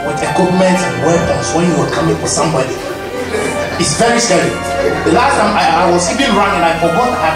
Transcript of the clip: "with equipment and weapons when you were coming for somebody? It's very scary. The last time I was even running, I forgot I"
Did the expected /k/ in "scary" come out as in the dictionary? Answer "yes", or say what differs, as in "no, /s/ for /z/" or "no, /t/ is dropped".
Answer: no, /k/ is dropped